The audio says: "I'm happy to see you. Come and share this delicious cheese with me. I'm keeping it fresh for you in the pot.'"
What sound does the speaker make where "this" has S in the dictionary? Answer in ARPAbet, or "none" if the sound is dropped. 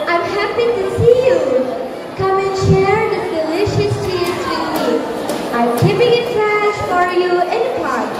none